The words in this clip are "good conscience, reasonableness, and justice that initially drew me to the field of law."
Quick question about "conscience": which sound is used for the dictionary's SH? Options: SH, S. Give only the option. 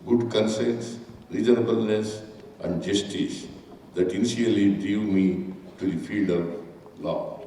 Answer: S